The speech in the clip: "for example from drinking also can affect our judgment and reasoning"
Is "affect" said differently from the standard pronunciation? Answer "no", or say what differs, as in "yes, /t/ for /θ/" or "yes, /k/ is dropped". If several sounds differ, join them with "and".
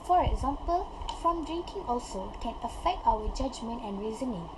no